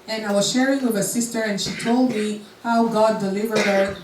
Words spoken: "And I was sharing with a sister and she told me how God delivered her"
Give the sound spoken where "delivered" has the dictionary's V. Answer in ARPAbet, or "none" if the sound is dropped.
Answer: V